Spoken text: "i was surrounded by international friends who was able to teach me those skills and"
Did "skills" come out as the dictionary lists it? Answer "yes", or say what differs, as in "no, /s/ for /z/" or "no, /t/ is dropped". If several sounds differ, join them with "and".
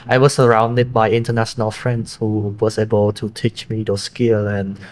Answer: no, /z/ is dropped